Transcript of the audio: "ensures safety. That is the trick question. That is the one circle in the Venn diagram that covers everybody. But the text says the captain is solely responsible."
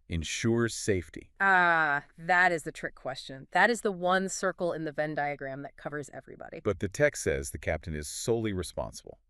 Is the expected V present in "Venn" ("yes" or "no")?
yes